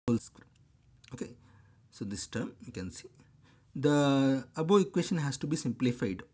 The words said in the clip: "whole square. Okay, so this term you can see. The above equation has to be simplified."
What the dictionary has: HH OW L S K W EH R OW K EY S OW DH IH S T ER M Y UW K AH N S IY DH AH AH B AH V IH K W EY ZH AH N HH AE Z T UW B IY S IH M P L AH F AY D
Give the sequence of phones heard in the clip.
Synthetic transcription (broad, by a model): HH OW L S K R OW K EY S OW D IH S T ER M Y UW K AH N S IY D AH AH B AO IH K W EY SH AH N HH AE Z T UW B IY S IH M P L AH F AY D